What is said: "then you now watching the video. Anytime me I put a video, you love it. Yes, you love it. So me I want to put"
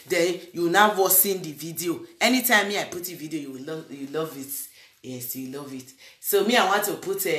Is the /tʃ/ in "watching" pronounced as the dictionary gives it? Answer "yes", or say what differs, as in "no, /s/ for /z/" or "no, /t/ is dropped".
no, /s/ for /tʃ/